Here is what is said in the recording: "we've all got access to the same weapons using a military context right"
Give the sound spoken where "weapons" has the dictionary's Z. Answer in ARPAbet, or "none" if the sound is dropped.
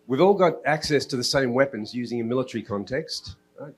Z